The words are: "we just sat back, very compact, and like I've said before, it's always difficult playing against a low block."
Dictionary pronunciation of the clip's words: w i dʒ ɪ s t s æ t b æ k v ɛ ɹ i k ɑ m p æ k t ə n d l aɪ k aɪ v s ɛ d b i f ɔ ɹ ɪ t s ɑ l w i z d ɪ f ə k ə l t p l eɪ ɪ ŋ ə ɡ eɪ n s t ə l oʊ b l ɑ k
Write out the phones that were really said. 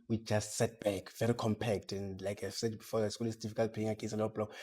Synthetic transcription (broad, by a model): w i dʒ ɪ s t s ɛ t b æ k v ɛ ɹ i k ɑ m p æ k t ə n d l aɪ k aɪ v s ɛ d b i f ɔ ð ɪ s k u l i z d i f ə k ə l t p eɪ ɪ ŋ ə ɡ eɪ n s ə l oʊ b l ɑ